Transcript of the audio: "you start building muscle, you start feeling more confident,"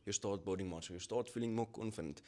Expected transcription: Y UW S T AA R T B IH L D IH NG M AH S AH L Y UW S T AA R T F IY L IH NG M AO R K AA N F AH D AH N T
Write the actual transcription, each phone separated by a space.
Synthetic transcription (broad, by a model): Y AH S T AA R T B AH W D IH NG M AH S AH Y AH S T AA T F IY L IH NG M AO K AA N F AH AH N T